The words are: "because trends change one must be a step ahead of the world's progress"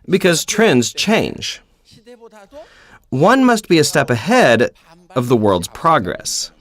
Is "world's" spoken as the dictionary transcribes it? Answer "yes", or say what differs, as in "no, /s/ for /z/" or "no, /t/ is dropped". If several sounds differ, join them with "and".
yes